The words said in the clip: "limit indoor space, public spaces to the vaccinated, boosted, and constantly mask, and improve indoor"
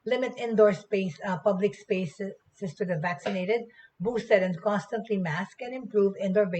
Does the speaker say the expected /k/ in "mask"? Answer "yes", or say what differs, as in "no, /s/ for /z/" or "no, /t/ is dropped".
yes